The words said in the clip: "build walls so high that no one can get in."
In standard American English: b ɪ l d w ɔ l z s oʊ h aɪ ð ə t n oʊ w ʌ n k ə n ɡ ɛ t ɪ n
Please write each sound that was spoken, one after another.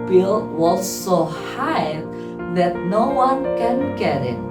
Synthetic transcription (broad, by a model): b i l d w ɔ z s oʊ h aɪ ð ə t n oʊ w ʌ n k ə n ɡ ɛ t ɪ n